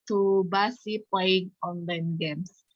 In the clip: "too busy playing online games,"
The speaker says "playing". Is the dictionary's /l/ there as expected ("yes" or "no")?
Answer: no